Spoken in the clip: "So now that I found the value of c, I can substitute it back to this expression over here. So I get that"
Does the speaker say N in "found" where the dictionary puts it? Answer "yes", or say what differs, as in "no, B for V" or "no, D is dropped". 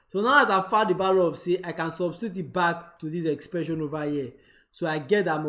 no, N is dropped